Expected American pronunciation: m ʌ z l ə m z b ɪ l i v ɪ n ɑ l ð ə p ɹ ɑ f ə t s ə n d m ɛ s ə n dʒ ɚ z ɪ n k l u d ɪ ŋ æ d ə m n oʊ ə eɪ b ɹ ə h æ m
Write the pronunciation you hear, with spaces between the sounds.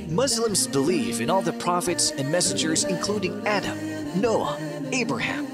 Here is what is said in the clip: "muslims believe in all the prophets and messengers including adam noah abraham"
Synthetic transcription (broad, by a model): m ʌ z l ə m z b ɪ l i f ɪ n ɑ l ð ə p ɹ ɑ f ə t s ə n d m ɛ s ə n dʒ ɚ z ɪ n k l u d ɪ ŋ æ d ə m n oʊ ə eɪ b ɹ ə h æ m